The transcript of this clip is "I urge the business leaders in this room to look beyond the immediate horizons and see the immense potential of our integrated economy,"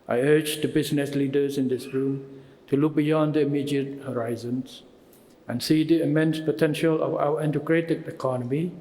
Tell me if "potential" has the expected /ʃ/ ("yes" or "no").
yes